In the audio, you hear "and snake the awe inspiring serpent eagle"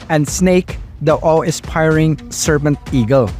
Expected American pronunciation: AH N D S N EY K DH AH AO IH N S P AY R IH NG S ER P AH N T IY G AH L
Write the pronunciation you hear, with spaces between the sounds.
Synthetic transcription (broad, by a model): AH N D S N EY K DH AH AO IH S P AY R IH NG S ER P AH N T IY G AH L